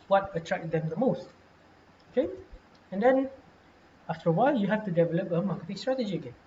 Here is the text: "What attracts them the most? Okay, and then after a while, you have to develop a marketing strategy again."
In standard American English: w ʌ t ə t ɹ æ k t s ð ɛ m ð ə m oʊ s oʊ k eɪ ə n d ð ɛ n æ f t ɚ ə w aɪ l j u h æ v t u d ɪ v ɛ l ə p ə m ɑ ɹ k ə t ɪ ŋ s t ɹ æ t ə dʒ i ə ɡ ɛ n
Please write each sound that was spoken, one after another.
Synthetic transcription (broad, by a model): w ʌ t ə t ɹ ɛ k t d ɛ m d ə m oʊ s oʊ k eɪ ə n d ɛ n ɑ f t ɚ ə w aɪ l j u h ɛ f t u d ɪ v ɛ l ə p ə m ɑ k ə t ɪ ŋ s t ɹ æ t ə dʒ i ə ɡ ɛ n